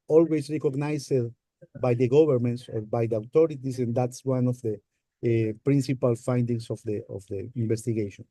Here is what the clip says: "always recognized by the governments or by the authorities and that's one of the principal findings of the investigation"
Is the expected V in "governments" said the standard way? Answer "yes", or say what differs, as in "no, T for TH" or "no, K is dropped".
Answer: no, B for V